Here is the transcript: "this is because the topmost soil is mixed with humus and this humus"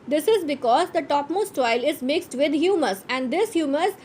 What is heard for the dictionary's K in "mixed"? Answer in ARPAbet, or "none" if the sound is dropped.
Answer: K